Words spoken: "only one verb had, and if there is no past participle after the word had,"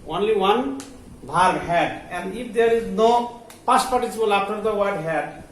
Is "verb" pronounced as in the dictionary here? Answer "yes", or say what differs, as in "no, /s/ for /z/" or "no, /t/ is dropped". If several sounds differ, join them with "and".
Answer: no, /b/ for /v/